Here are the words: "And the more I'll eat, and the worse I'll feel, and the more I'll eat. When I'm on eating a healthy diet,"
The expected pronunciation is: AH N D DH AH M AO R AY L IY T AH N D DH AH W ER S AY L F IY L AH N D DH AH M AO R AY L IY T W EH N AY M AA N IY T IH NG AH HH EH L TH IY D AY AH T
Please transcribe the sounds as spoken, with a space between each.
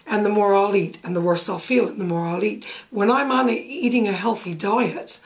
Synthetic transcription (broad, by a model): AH N DH AH M AO R AY L IY T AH N DH AH W ER S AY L F IY L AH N DH AH M AO R AY L IY T W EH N AY M AA N IY T IH NG AH HH EH L TH IY D AY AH T